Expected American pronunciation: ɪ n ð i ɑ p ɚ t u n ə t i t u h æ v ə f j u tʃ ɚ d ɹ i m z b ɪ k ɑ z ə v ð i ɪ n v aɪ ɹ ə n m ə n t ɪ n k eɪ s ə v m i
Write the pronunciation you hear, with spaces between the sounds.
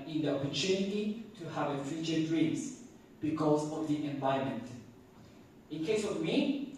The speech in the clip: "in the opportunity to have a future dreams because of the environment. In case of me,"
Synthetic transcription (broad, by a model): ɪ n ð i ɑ p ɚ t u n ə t i t u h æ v ə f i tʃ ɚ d ɹ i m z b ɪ k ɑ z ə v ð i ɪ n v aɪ ə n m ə n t ɪ n k eɪ s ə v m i